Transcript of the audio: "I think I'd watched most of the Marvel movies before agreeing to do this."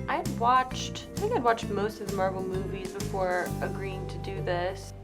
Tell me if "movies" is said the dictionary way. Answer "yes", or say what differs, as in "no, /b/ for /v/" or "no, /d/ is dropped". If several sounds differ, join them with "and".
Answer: yes